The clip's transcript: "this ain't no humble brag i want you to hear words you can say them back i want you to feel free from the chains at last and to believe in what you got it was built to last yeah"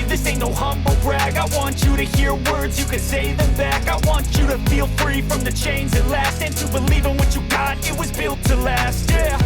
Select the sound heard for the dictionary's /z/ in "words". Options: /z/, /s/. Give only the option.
/z/